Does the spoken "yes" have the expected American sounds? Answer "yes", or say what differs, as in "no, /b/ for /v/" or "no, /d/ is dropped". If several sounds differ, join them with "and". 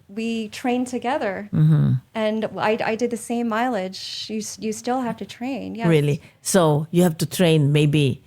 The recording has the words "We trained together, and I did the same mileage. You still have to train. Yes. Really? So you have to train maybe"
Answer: no, /s/ is dropped